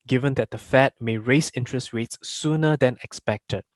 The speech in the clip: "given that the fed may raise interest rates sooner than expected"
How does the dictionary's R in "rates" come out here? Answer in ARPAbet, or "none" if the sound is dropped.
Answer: W